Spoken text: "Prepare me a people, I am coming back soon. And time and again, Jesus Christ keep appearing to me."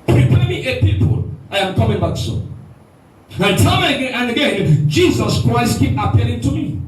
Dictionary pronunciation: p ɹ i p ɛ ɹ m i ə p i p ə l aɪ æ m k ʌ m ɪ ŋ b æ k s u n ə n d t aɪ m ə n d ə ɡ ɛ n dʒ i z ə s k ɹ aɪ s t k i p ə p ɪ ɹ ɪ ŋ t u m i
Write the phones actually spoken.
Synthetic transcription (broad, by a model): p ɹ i p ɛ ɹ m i ə p i p ə l aɪ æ m k ʌ m ɪ ŋ b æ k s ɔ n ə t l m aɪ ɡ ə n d ə ɡ ɛ n dʒ i z ə s k ɹ aɪ s t k i p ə p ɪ l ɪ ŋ t u m i